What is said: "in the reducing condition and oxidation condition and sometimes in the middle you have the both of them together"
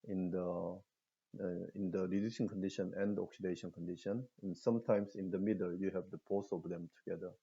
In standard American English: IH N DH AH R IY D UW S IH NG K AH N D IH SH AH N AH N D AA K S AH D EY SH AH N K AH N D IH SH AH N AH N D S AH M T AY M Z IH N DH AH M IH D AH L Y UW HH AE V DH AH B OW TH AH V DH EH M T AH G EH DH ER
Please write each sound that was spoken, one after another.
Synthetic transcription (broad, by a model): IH N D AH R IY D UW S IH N K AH N D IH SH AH N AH N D AA K S AH D EY SH AH N K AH N D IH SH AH N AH N S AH M T AY M S IH N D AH M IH D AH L Y UW HH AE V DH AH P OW S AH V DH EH M T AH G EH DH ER